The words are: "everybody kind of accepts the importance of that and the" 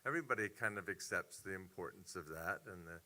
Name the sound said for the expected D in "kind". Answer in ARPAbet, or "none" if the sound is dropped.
D